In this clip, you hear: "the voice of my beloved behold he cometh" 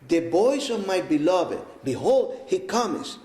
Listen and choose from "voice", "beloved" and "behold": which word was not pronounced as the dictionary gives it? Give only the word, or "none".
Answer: voice